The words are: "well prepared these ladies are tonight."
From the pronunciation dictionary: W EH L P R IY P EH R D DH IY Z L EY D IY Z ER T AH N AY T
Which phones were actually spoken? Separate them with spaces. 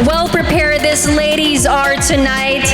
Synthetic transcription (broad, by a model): W EH L P R IY P EH R D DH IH S L EY D IY Z ER T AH N AY T